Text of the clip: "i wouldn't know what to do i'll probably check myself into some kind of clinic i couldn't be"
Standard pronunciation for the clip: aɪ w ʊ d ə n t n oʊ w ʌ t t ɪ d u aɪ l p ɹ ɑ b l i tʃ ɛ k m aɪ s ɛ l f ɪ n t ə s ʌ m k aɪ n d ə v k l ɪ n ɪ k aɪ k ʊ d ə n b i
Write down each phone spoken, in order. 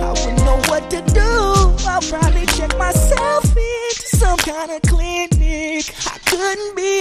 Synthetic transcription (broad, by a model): aɪ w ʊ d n n oʊ w ʌ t t ɪ d u aɪ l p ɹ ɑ l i tʃ ɛ k m aɪ s ɛ l f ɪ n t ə s ʌ m k aɪ n d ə k l ɪ n ɪ k aɪ k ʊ d n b i